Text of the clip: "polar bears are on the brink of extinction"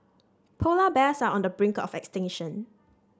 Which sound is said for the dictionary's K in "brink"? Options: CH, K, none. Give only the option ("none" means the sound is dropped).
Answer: K